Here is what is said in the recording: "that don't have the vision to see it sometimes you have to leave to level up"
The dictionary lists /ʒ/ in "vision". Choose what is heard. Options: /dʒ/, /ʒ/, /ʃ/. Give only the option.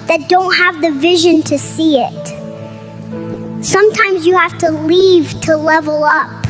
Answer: /ʒ/